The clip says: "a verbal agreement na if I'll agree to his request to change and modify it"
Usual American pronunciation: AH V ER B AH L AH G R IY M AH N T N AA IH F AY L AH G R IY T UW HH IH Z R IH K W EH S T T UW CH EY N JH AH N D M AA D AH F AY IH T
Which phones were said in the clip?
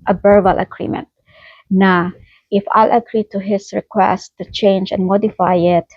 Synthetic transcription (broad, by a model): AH B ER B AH L AH G R IY M AH N T N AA IH F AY L AH G R IY T UW HH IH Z R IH K W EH S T T UW CH EY N JH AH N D M AA D AH F AY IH T